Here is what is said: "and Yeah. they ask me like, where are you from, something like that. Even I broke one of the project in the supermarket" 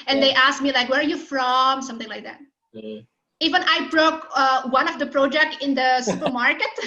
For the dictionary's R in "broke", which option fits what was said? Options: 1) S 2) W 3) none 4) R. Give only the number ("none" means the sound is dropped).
4